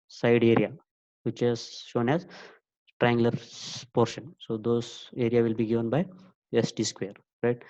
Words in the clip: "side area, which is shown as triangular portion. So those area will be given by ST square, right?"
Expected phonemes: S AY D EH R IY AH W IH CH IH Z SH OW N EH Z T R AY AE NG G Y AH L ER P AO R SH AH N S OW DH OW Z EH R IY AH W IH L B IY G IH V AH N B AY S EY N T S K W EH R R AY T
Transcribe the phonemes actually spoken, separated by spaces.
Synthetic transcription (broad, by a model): S AY D EH R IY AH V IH CH IH Z SH OW N EH Z T R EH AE NG G L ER P AO R SH AH N S OW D OW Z EH R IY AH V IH L B IY G IH V AH N B AY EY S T S K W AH R R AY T